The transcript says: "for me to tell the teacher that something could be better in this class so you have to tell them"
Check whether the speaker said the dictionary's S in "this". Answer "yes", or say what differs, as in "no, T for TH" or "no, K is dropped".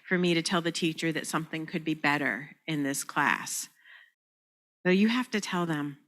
yes